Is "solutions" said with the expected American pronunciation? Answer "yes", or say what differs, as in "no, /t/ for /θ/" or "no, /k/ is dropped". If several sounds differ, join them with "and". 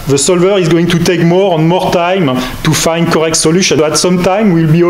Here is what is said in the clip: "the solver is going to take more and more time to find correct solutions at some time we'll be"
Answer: no, /z/ is dropped